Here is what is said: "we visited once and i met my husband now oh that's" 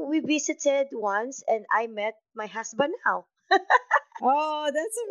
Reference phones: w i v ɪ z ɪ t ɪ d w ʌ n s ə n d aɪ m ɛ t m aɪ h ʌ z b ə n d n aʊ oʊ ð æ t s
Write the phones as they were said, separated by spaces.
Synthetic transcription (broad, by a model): w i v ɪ s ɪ t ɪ d w ʌ n s ə n d aɪ m ɛ t m aɪ h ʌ s b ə n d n aʊ oʊ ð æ t s